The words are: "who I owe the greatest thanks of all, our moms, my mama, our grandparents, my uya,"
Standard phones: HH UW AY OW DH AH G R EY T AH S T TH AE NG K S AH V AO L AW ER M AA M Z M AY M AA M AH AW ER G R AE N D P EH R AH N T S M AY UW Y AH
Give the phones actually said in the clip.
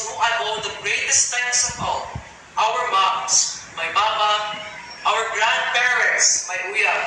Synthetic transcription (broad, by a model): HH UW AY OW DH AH G R EY T AH S T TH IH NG S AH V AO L AW ER M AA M S M AY M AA M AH AW ER G R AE N D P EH R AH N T S M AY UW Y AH